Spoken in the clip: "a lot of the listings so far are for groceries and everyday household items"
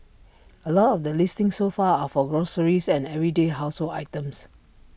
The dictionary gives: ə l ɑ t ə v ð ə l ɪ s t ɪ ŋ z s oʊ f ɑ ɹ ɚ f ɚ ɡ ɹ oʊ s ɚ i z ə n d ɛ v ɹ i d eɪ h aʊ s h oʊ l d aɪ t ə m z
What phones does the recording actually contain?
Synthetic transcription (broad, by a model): ə l ɑ t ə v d ə l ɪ s t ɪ ŋ s oʊ f ɑ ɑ f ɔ ɡ ɹ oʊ s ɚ i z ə n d ɛ v ɹ i d eɪ h aʊ s h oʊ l aɪ t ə m s